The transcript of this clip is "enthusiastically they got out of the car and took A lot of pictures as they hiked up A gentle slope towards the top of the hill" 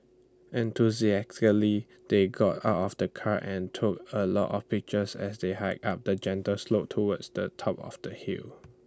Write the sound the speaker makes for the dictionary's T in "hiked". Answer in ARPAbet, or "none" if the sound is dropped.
none